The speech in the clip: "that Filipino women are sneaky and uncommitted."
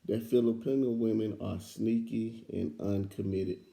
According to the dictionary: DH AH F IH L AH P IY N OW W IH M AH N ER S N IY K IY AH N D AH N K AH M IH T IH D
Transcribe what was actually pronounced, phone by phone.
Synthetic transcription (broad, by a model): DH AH F IH L AH P IY N OW W IH M AH N ER S N IY K IY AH N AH N K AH M IH T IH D